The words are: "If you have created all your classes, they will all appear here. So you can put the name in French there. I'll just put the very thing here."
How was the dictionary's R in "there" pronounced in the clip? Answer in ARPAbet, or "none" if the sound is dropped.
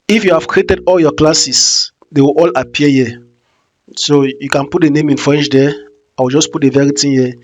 W